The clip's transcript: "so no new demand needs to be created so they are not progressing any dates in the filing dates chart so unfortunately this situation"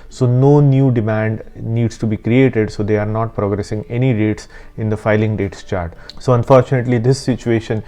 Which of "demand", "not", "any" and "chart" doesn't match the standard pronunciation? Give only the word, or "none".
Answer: none